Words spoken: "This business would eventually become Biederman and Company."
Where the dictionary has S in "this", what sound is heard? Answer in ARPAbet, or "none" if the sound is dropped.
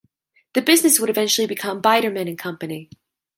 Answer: none